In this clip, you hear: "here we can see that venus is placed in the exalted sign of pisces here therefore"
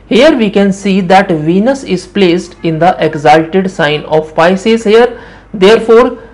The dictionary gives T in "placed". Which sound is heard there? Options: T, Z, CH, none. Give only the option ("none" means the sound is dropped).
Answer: T